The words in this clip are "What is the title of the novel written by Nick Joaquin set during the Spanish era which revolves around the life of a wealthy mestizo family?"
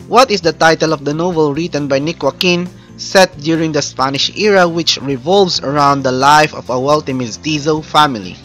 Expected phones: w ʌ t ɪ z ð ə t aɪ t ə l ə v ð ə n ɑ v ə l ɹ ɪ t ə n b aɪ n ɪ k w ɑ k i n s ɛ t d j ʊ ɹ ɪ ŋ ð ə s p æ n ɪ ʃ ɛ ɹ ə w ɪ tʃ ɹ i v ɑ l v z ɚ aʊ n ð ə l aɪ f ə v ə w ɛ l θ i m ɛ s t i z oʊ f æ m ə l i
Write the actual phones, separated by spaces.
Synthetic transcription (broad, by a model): w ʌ t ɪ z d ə t aɪ t ə l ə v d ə n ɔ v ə l ɹ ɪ t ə n b aɪ n ɪ k w ɑ k i n s ɛ t d j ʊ ɹ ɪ ŋ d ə s p æ n ɪ ʃ ɛ ɹ ə w ɪ tʃ ɹ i v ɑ l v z ɚ aʊ n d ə l aɪ f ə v ə w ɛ l t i m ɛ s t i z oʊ f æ m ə l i